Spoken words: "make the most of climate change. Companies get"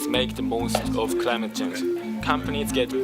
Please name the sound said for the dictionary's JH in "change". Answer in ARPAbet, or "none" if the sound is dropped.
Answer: Z